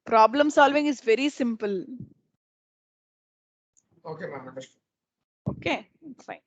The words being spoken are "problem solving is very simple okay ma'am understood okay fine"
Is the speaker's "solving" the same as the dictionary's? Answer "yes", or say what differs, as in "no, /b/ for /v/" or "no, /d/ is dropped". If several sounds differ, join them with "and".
yes